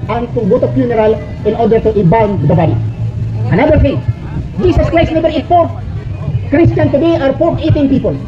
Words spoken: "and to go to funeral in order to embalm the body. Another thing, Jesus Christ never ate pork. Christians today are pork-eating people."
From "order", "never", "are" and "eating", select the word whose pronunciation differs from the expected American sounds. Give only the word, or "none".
never